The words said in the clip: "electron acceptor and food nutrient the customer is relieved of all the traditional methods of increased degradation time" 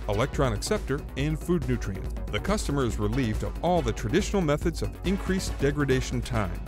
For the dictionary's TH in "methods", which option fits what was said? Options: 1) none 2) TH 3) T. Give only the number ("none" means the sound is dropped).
2